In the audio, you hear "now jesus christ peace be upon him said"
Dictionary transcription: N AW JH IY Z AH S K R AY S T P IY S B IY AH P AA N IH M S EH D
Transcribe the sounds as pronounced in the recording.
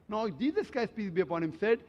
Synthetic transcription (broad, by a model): N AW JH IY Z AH S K AY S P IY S B IY AH P AA N IH M S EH D